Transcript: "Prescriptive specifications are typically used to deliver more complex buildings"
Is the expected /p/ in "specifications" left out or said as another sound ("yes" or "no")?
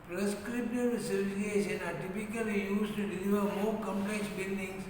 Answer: yes